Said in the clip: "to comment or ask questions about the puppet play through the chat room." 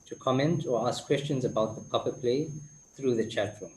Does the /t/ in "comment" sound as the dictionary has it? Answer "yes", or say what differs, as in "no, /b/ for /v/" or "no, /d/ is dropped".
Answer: yes